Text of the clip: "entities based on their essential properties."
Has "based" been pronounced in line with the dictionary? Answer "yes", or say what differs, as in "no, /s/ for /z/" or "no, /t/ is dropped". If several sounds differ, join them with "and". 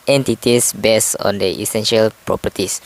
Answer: no, /t/ is dropped